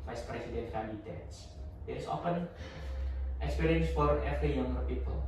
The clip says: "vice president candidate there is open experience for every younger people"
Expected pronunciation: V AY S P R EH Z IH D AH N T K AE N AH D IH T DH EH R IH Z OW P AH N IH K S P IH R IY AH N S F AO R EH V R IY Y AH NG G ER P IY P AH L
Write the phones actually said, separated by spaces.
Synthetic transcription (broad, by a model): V AY S P R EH S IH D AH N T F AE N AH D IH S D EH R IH S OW F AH N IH K S P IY R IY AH N S F AO R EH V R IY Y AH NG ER P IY P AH L